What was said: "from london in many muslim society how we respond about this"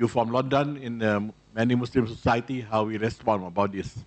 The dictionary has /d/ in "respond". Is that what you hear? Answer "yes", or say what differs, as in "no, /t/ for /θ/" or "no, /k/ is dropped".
no, /d/ is dropped